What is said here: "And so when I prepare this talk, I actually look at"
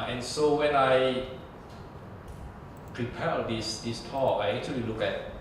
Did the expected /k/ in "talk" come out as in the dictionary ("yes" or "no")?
no